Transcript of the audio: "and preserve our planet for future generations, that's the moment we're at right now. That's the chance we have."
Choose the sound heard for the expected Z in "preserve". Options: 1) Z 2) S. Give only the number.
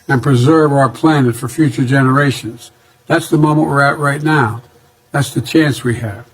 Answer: 1